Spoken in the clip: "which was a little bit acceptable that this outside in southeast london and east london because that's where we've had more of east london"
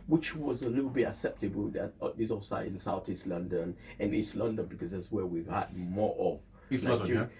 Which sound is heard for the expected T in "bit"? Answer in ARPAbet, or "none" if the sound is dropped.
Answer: none